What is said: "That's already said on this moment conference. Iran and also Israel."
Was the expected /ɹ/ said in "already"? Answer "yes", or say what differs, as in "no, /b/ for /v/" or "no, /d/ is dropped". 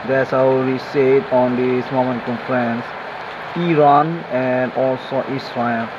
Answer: no, /ɹ/ is dropped